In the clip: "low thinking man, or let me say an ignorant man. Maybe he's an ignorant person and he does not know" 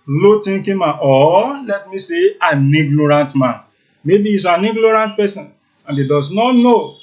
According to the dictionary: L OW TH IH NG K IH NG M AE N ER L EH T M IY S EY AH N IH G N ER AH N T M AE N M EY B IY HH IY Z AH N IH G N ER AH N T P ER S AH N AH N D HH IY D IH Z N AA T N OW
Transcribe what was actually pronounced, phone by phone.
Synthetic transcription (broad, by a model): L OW T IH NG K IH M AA AO L EH T M IY S EY AH N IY G N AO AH N T M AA N M EY B IY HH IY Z AH N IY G N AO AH N T P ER S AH N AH N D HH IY D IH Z N AA T N OW